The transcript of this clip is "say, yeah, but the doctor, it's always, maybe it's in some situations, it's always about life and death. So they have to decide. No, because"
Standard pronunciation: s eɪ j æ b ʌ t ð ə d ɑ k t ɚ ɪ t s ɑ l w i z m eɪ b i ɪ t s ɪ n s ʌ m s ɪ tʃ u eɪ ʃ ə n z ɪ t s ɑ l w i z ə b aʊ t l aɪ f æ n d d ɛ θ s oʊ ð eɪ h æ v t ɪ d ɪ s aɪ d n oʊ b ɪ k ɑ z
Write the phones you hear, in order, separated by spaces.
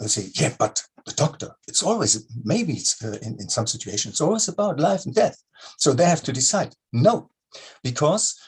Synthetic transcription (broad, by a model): s eɪ j æ b ʌ t ð ə d ɑ k t ɚ ɪ t s ɑ l w i z m eɪ b i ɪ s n ɪ n s ʌ m s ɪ tʃ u eɪ ʃ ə n ɪ t s ɑ l w i z ə b aʊ t l aɪ f n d d ɛ θ s oʊ ð eɪ h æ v t ɪ d ɪ s aɪ d n oʊ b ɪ k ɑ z